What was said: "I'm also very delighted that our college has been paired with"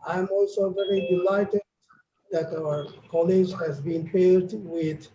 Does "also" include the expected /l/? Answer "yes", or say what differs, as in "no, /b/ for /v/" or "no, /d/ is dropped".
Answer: yes